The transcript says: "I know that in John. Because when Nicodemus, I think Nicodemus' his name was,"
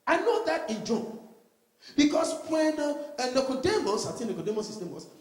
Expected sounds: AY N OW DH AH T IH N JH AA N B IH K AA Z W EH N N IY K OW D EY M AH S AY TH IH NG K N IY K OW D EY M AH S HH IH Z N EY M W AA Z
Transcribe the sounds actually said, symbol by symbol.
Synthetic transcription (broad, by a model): AY N OW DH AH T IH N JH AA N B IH K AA S W EH N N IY K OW D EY M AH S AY T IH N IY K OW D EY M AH S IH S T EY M W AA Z